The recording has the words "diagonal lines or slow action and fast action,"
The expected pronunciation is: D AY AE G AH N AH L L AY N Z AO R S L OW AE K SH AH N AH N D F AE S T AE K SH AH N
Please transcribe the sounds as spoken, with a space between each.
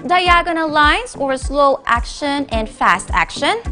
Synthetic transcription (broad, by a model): D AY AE G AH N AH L L AY N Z AO R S L OW AE K SH AH N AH N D F AE S T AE K SH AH N